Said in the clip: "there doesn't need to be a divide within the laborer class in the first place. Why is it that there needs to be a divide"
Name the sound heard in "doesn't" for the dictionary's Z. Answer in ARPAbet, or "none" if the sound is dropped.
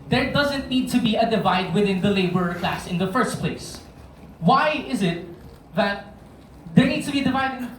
Z